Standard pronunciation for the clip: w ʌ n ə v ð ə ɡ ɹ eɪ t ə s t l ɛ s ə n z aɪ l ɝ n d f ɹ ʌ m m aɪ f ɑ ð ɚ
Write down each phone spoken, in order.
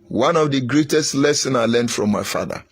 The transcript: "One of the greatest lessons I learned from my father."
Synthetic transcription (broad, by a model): w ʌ n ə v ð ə ɡ ɹ eɪ t ə s t l ɛ s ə n aɪ l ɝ n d f ɹ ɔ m m aɪ f ɑ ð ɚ